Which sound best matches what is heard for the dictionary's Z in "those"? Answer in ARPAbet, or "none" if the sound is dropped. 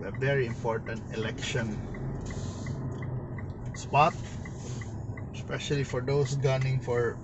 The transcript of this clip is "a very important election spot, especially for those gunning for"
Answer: S